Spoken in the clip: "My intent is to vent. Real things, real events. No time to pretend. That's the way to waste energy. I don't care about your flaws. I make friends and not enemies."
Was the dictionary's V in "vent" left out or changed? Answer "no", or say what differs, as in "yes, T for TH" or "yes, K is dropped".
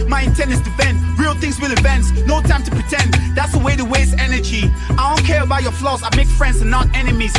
yes, B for V